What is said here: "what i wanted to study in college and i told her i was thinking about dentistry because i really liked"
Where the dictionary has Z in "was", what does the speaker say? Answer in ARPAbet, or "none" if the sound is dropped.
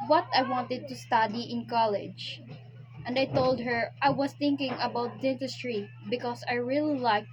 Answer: S